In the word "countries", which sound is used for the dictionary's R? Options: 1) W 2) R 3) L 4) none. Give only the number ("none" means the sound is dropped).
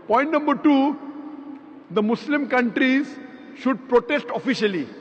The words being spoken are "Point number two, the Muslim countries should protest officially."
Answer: 2